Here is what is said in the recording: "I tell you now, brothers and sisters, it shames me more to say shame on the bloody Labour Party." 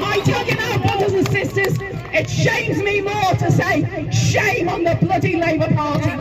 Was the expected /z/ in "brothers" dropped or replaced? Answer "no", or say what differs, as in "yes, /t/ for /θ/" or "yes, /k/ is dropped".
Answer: no